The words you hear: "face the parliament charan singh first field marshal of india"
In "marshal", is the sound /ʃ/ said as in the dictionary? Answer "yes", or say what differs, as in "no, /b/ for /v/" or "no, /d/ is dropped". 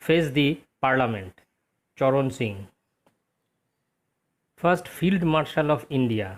yes